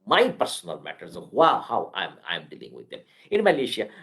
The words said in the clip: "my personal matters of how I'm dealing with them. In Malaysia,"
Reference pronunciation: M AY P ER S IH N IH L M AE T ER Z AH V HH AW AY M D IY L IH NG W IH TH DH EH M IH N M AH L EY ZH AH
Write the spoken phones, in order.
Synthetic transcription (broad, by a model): M AY P ER S IH N IH L M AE T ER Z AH HH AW AY M D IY L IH NG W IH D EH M IH N M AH L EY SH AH